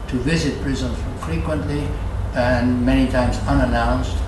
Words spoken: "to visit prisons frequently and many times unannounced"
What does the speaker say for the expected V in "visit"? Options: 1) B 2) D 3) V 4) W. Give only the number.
3